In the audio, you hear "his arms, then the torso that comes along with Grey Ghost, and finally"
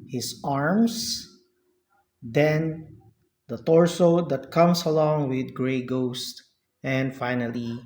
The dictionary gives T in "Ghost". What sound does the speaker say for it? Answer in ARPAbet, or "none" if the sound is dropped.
T